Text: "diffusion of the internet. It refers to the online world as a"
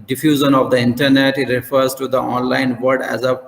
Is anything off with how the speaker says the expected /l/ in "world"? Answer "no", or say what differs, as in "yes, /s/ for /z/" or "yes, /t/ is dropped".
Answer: yes, /l/ is dropped